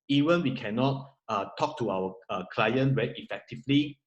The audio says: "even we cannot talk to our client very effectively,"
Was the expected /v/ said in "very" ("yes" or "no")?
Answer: no